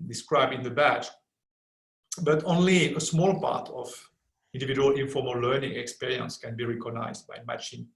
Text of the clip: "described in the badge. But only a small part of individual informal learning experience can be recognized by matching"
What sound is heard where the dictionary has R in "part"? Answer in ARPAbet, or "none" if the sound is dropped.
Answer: R